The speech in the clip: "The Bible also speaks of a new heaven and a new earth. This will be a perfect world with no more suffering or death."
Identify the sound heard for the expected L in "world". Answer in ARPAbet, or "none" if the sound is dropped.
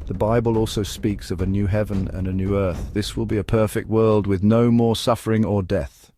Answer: L